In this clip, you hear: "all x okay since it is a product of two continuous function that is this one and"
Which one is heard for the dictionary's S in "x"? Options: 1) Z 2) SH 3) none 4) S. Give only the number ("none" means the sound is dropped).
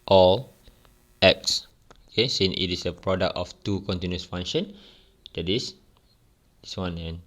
4